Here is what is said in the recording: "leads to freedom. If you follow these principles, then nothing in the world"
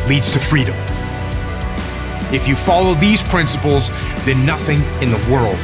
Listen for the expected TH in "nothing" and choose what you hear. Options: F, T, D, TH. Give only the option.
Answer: TH